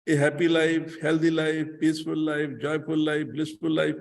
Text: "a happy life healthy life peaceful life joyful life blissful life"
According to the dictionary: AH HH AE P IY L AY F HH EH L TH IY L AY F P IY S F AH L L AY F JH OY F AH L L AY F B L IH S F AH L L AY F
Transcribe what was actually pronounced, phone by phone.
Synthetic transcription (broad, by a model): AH HH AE P IY L AY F HH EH L T IY L AY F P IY S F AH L L AY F JH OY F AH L L AY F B L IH S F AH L L AY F